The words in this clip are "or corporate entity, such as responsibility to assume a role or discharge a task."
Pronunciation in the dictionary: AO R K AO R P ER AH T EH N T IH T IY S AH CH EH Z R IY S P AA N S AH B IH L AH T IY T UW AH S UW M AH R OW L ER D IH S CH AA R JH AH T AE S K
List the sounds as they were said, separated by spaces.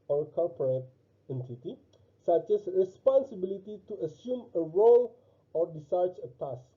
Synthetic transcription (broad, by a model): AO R K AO L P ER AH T EH N T IH T IY S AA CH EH S R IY S P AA N S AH B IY L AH T IY T UW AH S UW M AH R OW L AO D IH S AA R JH AH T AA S